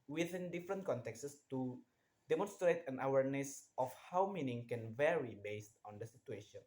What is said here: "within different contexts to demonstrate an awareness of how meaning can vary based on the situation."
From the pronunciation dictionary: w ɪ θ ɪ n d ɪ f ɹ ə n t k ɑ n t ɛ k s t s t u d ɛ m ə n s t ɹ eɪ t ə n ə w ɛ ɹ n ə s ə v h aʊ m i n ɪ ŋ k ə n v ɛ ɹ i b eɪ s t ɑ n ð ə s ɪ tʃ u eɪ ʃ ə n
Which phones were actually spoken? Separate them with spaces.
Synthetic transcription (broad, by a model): w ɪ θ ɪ n d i f ɹ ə n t k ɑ n t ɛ k s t s t u d ɛ m ə n s t ɹ eɪ t ə n ə w ɛ ɹ n ə s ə f h aʊ m i n ɪ ŋ k ə n v ɛ ɹ i b eɪ s t ɑ n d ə s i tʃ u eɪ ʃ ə n